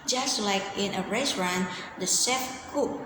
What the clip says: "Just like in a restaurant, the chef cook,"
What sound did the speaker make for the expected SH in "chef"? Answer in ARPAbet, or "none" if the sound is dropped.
S